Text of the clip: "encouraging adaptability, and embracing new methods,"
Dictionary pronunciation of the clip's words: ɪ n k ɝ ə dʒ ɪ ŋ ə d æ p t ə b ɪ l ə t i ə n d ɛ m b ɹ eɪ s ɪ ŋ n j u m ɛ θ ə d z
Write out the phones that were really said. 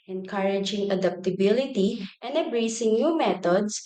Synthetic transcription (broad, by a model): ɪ n k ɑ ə dʒ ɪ ŋ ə d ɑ p t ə b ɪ l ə t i ə n d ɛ b ɹ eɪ s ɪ ŋ n j u m ɛ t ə d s